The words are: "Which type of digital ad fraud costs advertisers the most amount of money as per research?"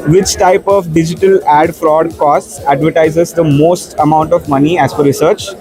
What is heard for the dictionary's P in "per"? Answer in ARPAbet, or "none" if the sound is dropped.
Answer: F